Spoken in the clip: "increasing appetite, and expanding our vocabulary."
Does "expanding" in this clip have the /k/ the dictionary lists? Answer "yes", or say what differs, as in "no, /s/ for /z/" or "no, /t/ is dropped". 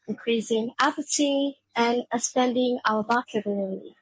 no, /k/ is dropped